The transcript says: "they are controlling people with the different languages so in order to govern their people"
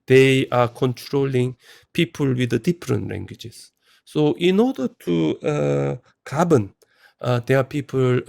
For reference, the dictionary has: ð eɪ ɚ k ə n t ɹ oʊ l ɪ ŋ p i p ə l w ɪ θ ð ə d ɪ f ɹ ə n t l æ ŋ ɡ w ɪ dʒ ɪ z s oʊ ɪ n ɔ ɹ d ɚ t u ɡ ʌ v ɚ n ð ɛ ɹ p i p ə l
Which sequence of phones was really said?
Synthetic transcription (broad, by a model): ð eɪ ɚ k ə n t ɹ oʊ l ɪ ŋ p i p ə l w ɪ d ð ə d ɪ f ɹ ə n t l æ ŋ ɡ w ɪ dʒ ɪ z s oʊ ɪ n ɔ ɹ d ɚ t u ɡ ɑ b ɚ n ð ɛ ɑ p i p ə l